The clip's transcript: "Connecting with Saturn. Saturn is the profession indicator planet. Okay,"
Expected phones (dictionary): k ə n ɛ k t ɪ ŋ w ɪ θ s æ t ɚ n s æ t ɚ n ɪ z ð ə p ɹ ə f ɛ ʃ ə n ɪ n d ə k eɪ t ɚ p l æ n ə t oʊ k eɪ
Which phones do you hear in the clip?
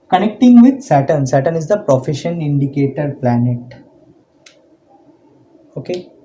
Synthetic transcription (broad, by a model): k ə n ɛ k t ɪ ŋ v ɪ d s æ t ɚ n s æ t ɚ n ɪ z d ə p ɹ ə f ɛ ʃ ə n ɪ n d ə k eɪ t ɚ p l æ n ə t oʊ k eɪ